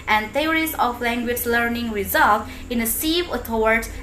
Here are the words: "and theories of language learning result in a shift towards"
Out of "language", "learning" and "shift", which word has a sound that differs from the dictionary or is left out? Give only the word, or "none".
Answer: shift